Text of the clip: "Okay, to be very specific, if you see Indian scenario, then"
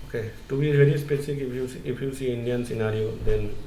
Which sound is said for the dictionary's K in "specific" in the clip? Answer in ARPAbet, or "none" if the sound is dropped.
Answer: none